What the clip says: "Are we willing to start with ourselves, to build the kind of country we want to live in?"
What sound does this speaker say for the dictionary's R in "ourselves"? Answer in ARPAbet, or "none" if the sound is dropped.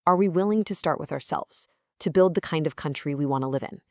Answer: R